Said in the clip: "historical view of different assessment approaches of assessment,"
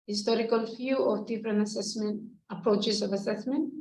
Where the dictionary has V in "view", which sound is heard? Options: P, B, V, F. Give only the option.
F